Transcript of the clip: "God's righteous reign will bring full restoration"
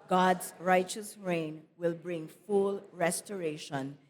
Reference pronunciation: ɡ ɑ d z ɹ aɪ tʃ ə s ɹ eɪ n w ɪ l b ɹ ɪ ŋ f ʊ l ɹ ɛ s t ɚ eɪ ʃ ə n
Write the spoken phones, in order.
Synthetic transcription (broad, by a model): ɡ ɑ d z ɹ aɪ tʃ ə s ɹ eɪ n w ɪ l b ɹ ɪ ŋ f ʊ l ɹ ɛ s t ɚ eɪ ʃ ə n